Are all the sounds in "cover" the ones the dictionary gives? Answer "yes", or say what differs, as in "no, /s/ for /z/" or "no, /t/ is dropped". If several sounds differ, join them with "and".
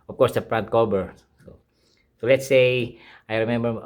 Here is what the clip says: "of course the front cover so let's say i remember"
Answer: no, /b/ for /v/